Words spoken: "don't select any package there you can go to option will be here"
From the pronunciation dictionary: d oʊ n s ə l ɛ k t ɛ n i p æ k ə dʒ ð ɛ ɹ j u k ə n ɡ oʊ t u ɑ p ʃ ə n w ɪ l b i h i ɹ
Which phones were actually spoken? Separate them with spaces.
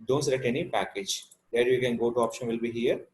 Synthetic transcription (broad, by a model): d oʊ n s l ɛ t ɛ n i p æ k ə dʒ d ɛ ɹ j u k ə n ɡ oʊ t u ɑ p ʃ ə n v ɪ l b i h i ɹ